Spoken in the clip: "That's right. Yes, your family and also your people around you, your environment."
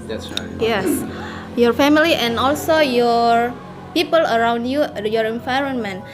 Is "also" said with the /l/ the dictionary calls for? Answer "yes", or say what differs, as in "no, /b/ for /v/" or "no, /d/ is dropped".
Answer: yes